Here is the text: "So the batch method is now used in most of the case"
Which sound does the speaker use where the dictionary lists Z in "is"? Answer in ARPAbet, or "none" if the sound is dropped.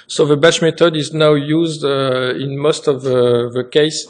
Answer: Z